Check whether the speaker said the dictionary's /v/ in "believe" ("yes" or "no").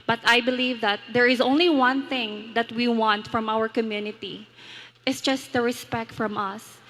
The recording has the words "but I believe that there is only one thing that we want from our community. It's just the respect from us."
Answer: yes